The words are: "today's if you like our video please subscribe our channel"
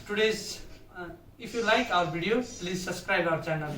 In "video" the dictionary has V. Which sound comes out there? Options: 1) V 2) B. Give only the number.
2